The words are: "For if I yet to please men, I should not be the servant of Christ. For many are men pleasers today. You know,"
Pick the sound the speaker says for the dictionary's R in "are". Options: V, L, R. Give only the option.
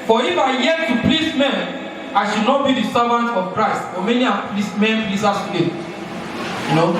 L